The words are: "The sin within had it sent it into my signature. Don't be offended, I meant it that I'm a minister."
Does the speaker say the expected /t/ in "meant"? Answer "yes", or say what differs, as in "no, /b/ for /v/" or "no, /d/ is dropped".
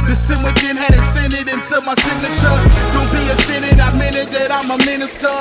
no, /t/ is dropped